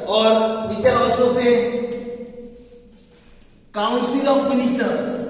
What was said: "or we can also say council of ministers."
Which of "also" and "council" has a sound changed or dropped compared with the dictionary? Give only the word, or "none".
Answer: also